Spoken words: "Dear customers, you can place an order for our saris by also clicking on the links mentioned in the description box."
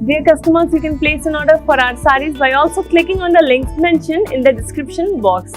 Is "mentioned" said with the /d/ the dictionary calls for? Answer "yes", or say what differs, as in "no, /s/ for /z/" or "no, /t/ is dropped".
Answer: no, /d/ is dropped